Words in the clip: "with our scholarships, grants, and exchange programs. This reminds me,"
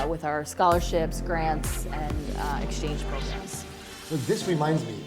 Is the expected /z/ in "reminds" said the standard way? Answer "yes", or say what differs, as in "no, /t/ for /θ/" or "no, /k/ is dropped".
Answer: yes